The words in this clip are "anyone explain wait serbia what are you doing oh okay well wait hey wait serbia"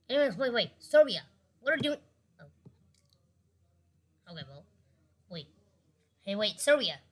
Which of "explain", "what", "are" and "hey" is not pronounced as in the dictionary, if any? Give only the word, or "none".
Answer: explain